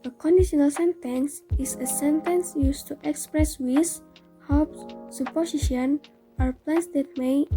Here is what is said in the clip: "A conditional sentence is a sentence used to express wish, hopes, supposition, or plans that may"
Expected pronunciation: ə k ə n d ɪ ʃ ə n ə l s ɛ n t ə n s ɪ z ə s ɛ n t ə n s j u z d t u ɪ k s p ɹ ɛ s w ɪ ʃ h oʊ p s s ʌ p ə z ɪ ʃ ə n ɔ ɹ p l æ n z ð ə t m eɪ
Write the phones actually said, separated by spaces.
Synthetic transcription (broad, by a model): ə k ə n d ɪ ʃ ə n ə l s ɛ n t ə n s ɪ s ə s ɛ n t ə n s j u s t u ɪ k s p ɹ ɛ s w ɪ s h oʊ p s s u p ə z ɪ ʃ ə n ɔ ɹ p l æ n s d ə t m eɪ